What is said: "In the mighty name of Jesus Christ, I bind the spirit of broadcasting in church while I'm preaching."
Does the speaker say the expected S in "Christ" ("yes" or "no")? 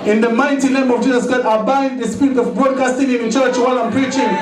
no